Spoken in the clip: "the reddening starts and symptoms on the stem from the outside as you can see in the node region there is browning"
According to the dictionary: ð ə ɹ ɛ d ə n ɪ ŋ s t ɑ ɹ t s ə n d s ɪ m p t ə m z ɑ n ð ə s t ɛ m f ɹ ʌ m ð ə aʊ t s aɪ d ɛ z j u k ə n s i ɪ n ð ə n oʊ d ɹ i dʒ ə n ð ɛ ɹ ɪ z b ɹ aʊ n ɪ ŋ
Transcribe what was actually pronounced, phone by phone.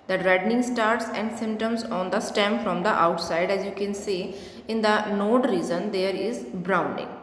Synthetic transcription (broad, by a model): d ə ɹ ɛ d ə n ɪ ŋ s t ɑ ɹ t s ə n d s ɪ m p t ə m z ɑ n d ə s t ɛ m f ɹ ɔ m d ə aʊ t s aɪ d ɛ z j u k ə n s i ɪ n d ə n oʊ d ɹ i z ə n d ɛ ɹ ɪ z b ɹ aʊ n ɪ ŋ